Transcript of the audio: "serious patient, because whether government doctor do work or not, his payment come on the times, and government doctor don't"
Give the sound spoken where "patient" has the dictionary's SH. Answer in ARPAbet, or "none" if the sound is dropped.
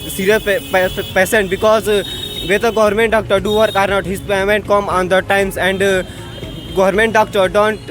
S